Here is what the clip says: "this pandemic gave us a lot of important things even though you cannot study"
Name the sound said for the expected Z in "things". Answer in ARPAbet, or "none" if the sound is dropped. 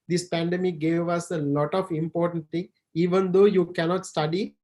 none